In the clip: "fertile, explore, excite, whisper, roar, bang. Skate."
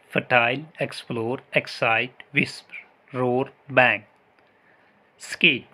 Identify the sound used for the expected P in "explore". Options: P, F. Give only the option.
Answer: P